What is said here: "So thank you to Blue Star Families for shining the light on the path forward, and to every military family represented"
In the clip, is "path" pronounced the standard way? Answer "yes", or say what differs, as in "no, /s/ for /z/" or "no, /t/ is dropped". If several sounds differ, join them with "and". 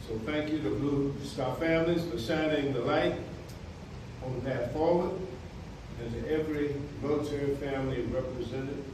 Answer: no, /t/ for /θ/